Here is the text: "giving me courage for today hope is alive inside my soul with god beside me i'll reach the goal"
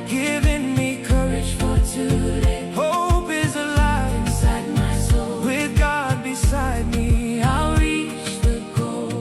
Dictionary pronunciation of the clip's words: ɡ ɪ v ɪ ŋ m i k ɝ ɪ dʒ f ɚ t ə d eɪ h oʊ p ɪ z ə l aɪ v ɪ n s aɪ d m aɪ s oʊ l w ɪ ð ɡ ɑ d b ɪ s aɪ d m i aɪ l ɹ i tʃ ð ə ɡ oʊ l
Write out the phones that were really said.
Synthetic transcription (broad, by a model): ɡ ɪ v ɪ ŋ m i k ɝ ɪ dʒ f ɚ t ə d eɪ h oʊ p ɪ z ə l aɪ ɪ s aɪ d m aɪ s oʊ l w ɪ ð ɡ ɑ d b ɪ s aɪ d m i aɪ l ɹ i tʃ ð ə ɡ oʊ